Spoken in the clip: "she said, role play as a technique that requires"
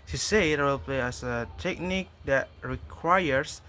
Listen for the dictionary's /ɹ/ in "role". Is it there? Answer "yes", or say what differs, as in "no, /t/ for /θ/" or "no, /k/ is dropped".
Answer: no, /w/ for /ɹ/